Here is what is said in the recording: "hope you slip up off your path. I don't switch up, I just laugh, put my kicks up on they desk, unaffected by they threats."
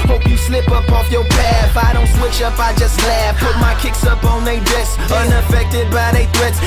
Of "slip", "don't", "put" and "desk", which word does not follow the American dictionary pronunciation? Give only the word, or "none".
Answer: desk